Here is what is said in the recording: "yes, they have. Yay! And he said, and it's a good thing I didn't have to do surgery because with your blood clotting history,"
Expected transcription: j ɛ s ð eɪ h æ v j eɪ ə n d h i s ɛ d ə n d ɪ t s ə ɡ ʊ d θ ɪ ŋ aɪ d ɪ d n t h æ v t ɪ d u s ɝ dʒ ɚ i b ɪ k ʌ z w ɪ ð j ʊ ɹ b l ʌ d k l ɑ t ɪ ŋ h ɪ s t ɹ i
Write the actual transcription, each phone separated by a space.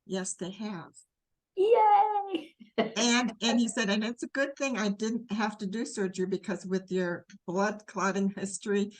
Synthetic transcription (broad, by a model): j ɛ s ð eɪ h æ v j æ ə n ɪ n i s ɛ d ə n ɪ t s ə ɡ ʊ d θ ɪ ŋ aɪ d ɪ d n t h æ f t ɪ d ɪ s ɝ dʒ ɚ b ɪ k ʌ z w ɪ ð j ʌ ɹ b l ʌ d k l ɑ t ɪ ŋ h ɪ s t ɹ i